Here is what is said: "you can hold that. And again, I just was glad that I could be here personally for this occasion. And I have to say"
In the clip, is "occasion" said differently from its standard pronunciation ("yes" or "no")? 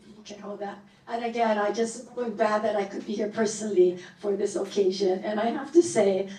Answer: no